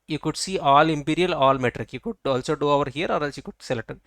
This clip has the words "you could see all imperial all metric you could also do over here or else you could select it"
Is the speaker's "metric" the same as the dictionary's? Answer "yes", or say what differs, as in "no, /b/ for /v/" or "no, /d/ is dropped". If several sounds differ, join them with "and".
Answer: yes